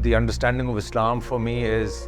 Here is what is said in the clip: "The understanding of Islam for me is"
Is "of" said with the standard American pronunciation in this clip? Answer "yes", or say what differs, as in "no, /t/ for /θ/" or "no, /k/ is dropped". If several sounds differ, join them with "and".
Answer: yes